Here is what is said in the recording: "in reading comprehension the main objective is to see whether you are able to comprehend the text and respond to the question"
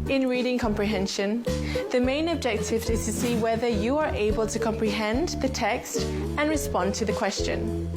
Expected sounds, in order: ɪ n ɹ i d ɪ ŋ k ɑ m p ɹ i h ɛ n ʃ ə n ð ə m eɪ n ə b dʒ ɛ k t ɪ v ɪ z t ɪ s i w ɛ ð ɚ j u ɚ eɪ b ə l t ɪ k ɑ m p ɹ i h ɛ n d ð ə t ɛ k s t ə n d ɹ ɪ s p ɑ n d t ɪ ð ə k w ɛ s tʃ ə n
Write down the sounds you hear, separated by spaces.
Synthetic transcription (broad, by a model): ɪ n ɹ i d ɪ ŋ k ɑ m p ɹ i h ɛ n ʃ ə n ð ə m eɪ n ə b dʒ ɛ k t ɪ v ɪ z t ɪ s i w ɛ ð ɚ j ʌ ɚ eɪ b ə l t ɪ k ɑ m p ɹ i h ɛ n ð ə t ɛ k s t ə n ɹ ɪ s p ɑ n t ɪ ð ə k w ɛ s tʃ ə n